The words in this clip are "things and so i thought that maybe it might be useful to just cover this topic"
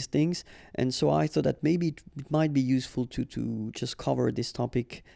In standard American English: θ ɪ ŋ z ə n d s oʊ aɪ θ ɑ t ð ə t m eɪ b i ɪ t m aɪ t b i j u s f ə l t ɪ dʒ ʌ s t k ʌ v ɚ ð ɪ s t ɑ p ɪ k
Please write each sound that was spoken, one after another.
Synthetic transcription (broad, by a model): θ ɪ ŋ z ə n s oʊ aɪ θ ɑ t ð ə t m eɪ b i ɪ t m aɪ t b i j u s f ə l t ɪ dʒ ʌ s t k ʌ v ɚ ð ɪ s t ɑ p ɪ k